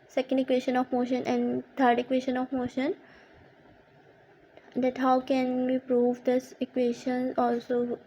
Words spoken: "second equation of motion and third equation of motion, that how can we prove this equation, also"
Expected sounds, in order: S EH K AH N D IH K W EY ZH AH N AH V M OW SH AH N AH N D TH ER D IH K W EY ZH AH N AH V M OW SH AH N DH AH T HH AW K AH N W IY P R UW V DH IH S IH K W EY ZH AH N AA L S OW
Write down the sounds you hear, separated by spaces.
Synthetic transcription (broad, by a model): S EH K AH N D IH K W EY SH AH N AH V M OW SH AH N AH N D T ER D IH K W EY SH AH N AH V M OW SH AH N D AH T HH AW K AH N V IY P R UW V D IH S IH K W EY SH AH N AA L S OW